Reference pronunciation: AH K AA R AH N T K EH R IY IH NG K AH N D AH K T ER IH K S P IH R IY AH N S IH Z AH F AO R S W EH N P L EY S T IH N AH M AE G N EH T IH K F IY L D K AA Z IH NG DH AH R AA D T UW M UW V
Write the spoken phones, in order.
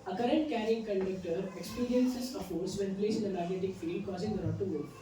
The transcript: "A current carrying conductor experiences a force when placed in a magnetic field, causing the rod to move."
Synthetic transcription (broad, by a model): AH K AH R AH N T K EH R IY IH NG K AH N D AH K T ER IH K S P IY R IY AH N S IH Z AH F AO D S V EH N P L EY S IH N AH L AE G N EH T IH K F IY L D K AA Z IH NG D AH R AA T UW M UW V